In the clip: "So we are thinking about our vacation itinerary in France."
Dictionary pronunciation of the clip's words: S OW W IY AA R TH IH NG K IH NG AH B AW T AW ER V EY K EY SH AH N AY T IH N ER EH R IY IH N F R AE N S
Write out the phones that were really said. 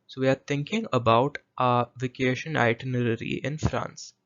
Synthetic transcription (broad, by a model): S OW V IY AA R T IH NG K IH NG AH B AW T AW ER V EY K EY SH AH N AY T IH N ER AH R IY IH N F R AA N S